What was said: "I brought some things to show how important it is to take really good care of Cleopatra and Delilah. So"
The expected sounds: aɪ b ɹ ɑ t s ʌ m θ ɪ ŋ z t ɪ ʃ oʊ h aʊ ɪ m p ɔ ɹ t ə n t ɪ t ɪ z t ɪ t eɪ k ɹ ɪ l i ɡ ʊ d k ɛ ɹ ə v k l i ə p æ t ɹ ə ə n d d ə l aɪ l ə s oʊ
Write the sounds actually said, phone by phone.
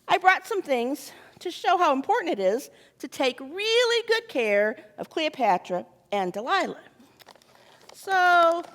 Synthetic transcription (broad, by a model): aɪ b ɹ ɑ t s ʌ m θ ɪ ŋ z t ɪ ʃ oʊ h aʊ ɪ m p ɔ ɹ t n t ɪ t ɪ z t ɪ t eɪ k ɹ ɪ l i ɡ ʊ d k ɛ ɹ ə v k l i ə p æ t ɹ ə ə n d d ə l aɪ l ə s oʊ